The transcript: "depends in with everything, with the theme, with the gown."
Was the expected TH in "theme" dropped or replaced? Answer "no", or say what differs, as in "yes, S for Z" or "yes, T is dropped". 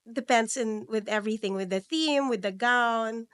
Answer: no